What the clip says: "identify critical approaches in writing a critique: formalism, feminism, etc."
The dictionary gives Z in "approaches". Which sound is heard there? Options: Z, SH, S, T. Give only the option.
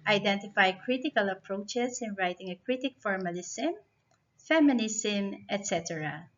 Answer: S